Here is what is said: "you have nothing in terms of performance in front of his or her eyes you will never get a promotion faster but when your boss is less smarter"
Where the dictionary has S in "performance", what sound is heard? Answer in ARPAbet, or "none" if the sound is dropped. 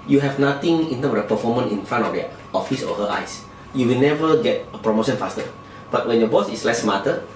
none